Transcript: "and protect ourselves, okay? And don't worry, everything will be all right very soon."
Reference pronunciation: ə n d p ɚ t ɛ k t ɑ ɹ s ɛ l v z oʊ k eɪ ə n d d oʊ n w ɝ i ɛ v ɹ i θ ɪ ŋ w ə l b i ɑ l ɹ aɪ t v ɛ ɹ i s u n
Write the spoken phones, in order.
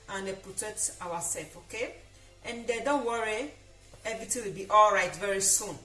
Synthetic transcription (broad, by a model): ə n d p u t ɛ t ɑ w s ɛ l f oʊ k eɪ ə n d d oʊ n w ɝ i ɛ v ɹ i t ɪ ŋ w ə l b i ɑ l ɹ aɪ t v ɛ ɹ i s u n